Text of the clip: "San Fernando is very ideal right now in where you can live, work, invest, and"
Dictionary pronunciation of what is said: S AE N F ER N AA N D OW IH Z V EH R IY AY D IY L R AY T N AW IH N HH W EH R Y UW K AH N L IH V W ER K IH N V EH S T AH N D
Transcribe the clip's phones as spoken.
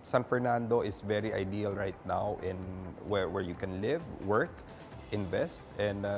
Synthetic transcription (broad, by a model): S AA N F ER N AA N D OW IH S V EH R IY AY D IY L R AY T N AW IH N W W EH R Y UW K AH N L IH V W ER K IH N V EH S T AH N D